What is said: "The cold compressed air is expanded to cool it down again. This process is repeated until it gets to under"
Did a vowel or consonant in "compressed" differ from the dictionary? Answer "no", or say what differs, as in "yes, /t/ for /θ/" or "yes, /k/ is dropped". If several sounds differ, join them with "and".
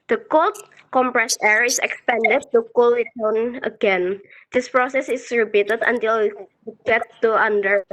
yes, /t/ is dropped